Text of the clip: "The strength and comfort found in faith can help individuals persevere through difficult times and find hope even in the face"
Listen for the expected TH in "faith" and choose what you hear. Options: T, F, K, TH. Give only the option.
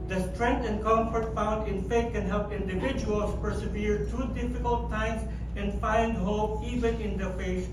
T